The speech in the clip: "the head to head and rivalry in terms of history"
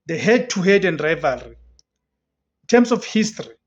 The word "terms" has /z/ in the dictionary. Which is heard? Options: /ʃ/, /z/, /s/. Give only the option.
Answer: /s/